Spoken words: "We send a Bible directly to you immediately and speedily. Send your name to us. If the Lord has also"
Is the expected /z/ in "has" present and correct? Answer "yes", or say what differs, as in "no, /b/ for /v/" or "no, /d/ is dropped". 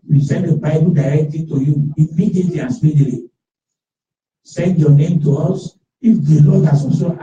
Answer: no, /s/ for /z/